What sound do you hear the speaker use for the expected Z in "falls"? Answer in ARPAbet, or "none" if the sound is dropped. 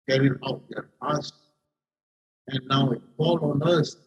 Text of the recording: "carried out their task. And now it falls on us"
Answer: none